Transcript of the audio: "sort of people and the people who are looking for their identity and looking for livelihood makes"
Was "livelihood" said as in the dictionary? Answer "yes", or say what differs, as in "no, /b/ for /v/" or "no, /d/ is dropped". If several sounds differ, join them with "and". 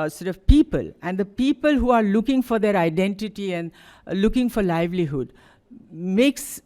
yes